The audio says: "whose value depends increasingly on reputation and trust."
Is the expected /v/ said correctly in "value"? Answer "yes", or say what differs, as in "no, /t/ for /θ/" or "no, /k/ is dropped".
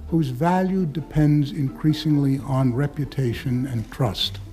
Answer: yes